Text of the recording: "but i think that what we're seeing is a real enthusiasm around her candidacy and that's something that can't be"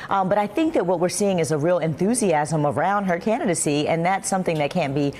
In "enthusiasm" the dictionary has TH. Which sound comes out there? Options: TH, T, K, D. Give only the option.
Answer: TH